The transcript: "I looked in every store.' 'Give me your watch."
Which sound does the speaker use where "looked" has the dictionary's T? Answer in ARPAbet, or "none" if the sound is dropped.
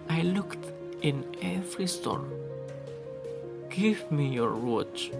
T